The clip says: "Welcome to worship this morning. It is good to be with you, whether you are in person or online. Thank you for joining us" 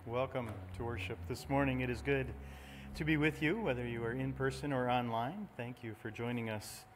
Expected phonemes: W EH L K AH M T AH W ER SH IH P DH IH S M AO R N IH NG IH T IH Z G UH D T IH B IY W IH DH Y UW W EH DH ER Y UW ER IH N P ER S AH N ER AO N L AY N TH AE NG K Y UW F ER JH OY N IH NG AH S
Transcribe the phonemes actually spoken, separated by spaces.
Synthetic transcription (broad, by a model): W EH L K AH M T AH W ER SH IH P DH IH S M AO R N IH NG IH T IH Z G UH D T IH B IY W IH DH Y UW W EH DH ER Y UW ER IH N P ER S AH N ER AO N L AY N TH AE NG K Y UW F ER JH OY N IH NG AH S